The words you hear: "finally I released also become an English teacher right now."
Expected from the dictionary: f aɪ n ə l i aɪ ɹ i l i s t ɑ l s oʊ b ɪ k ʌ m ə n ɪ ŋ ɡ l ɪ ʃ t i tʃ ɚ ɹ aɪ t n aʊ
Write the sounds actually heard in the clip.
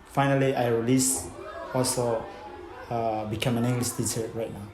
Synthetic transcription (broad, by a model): f aɪ n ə l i aɪ ɹ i l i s ɑ l s oʊ b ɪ k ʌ m ə n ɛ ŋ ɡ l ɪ s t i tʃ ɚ ɹ aɪ t n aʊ